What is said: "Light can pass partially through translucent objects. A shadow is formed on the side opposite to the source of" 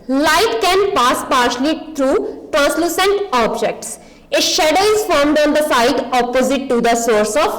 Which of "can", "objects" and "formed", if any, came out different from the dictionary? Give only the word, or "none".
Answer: none